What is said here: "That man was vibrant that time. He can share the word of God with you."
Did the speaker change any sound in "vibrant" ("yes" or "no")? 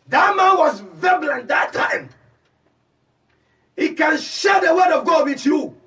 yes